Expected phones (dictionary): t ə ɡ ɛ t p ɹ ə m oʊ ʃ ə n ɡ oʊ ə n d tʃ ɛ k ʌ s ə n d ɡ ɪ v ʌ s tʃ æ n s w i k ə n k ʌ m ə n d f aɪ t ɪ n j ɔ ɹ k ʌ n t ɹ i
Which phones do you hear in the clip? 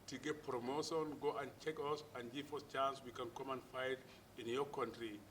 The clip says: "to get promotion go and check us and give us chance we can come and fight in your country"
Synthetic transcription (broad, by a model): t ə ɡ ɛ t p ɹ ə m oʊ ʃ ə n ɡ oʊ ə n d tʃ ɛ k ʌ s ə n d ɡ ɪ f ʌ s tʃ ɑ n s w i k ə n k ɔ m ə n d f aɪ t ɪ n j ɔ k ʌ n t ɹ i